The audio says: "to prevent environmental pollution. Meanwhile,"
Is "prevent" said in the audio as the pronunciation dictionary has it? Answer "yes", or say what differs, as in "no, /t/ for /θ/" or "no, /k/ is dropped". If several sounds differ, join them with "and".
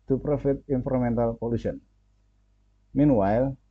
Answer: no, /f/ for /v/ and /n/ is dropped